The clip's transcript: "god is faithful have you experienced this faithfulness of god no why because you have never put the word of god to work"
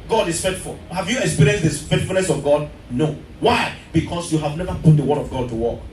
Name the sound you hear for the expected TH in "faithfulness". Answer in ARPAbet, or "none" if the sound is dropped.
T